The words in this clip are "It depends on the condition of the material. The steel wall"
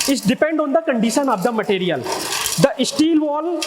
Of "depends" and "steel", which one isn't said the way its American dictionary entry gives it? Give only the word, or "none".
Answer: depends